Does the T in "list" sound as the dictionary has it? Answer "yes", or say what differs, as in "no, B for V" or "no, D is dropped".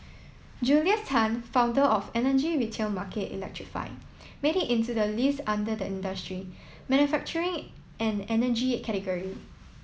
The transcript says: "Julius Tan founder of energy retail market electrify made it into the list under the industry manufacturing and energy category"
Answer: no, T is dropped